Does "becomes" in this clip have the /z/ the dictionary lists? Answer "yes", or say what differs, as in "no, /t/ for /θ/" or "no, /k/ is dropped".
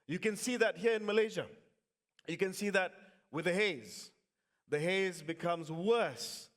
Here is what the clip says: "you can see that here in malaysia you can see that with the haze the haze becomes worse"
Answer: yes